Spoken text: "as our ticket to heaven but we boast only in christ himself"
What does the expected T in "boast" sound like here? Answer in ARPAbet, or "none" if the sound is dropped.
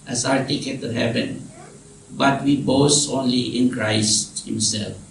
none